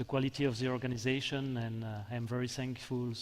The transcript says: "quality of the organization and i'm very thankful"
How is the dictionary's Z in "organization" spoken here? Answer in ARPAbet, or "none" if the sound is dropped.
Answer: Z